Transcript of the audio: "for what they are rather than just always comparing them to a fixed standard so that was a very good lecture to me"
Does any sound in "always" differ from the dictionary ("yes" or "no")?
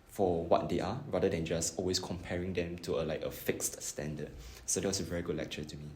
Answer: yes